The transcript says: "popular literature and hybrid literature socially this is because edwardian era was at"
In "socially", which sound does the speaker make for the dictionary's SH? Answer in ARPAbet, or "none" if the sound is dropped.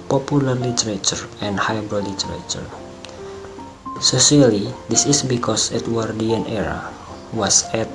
S